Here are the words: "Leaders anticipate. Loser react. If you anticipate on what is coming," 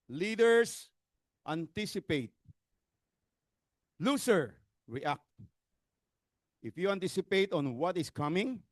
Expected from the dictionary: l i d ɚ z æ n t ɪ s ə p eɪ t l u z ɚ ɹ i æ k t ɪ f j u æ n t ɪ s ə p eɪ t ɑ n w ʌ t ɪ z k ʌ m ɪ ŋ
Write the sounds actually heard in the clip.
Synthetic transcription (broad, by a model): l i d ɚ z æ n t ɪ s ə p eɪ t l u s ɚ ɹ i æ k t ɪ f j u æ n t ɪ s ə p eɪ t ɑ n w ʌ t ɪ s k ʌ m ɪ ŋ